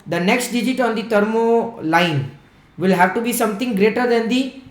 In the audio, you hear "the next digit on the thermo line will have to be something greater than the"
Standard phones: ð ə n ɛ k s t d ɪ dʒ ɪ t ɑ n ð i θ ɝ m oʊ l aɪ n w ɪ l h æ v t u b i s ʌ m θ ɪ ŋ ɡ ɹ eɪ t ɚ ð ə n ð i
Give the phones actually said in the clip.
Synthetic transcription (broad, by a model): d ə n ɛ k s t d ɪ dʒ ɪ t ɑ n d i t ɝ m oʊ l aɪ n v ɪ l h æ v t u b i s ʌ m t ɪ ŋ ɡ ɹ eɪ t ɚ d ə n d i